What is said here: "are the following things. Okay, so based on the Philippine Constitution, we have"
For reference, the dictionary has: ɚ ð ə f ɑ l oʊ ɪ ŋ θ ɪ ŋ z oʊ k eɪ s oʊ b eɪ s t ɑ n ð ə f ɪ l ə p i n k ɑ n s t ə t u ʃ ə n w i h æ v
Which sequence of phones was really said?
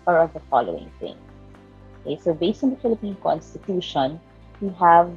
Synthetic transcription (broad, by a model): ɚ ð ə f ɑ l oʊ ɪ ŋ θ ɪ ŋ oʊ k eɪ s oʊ b eɪ s t ɑ n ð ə f ɪ l ə p i n k ɑ n s t ə t u ʃ ə n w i h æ v